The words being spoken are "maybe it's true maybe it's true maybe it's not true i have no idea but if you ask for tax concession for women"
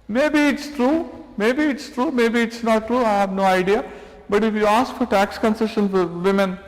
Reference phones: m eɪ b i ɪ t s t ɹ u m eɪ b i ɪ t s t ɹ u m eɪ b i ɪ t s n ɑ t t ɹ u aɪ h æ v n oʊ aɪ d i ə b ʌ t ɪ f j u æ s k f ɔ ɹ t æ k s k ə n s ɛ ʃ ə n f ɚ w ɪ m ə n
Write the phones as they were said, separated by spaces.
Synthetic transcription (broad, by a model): m eɪ b i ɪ t s t ɹ u m eɪ b i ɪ t s t ɹ u m eɪ b i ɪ t s n ɑ t t ɹ u aɪ h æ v n oʊ aɪ d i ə b ʌ t ɪ f j u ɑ s k f ɔ ɹ t æ k s k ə n s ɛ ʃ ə n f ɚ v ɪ m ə n